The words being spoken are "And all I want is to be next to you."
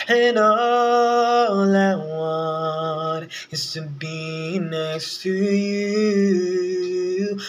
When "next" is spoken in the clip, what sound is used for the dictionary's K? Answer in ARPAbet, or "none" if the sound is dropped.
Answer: none